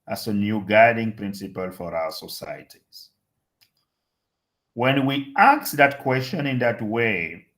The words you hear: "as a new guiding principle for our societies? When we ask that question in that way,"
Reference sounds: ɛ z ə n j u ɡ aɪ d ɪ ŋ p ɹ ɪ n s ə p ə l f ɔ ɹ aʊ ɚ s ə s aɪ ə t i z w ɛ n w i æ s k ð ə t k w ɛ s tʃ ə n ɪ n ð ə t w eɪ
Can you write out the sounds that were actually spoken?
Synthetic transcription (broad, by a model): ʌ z ə n j u ɡ aɪ d ɪ ŋ p ɹ ɪ n s ə p ə l f ɔ ɹ aʊ ɚ s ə s aɪ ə t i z w ɛ n w i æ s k ð ə t k w ɛ s tʃ ə n ɪ n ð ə t w eɪ